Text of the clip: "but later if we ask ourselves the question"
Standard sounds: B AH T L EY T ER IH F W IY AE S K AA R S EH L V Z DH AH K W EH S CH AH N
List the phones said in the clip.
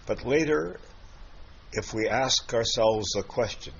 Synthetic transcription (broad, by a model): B AH T L EY T ER IH F W IY AE S K AA R S EH L V Z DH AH K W EH S CH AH N